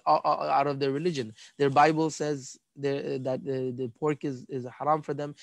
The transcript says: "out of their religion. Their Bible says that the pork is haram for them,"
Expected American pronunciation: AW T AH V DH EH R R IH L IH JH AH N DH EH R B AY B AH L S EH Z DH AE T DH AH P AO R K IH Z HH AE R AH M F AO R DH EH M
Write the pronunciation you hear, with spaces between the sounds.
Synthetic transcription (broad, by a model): AW T AH V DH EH R R IH L IH JH AH N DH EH R B AY B AH L S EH Z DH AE T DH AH P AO R K IH Z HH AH R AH M F AO R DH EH M